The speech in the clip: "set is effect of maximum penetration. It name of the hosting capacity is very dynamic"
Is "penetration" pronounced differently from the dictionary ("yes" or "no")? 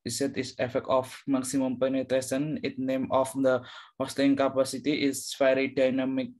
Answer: yes